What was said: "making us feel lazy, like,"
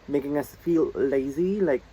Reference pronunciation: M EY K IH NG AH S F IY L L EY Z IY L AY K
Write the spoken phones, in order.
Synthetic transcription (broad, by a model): M EY K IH NG AH S F IY L L EY Z IY L AY K